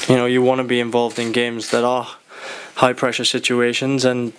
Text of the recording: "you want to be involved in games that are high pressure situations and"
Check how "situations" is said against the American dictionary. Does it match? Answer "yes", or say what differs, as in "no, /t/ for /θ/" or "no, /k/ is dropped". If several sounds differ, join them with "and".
yes